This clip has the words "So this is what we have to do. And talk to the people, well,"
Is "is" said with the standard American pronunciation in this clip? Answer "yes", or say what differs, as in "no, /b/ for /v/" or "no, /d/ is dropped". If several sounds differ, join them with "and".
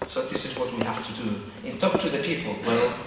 yes